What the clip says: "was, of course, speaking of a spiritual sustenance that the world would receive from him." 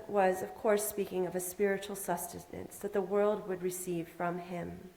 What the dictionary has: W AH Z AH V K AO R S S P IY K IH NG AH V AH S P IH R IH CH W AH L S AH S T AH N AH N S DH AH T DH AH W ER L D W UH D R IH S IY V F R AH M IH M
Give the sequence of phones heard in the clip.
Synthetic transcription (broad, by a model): W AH Z AH V K AO R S S P IY K IH NG AH V AH S P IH R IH CH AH L S AH S T AH N AH N S DH AH T DH AH W ER L D W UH D R IH S IY V F R AH M IH M